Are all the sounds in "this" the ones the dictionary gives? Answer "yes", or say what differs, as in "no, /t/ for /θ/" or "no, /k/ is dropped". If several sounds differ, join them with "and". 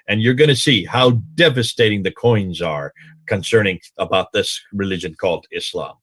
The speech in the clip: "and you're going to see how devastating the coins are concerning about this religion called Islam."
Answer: yes